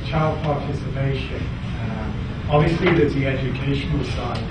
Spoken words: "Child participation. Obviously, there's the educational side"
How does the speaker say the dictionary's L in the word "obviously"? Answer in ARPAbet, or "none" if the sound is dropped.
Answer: L